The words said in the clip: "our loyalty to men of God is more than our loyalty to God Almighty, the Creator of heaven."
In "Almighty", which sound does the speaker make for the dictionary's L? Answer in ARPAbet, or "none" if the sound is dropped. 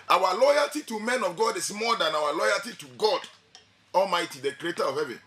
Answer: L